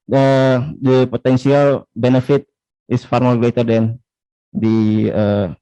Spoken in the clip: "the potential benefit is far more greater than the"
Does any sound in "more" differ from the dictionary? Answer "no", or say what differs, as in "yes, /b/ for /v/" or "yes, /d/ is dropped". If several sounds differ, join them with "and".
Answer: yes, /l/ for /ɹ/